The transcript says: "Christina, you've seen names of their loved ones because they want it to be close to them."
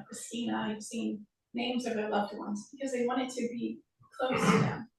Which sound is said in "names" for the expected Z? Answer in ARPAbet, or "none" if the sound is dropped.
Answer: Z